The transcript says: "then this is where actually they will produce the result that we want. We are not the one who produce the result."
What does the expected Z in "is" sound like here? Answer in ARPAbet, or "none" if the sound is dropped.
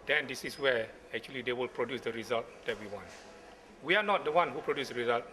S